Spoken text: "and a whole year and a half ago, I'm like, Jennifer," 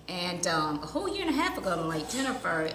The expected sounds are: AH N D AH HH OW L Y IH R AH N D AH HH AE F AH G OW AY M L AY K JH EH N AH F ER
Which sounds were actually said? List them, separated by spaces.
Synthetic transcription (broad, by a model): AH N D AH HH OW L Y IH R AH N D AH HH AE P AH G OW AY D L AY K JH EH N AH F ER